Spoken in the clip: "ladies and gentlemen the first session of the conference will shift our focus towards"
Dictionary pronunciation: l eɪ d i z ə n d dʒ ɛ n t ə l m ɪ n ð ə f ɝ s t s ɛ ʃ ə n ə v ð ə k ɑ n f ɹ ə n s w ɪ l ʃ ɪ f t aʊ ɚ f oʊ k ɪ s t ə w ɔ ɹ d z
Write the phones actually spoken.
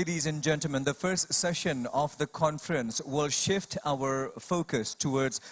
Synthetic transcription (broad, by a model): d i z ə n dʒ ɛ n t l m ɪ n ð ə f ɝ s t s ɛ ʃ ə n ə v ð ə k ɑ n f ɹ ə n s w ɪ l ʃ ɪ f t aʊ ɚ f oʊ k ɪ s t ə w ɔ ɹ d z